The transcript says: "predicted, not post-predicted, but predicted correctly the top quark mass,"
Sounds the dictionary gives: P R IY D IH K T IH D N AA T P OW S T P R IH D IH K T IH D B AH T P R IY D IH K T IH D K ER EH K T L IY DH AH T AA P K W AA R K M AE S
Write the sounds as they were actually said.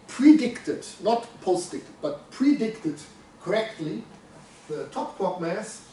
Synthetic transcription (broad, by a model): P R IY D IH K T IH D N AA T P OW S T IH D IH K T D B AH T P R IY D IH K T IH D K ER EH K T L IY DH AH T AA P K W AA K M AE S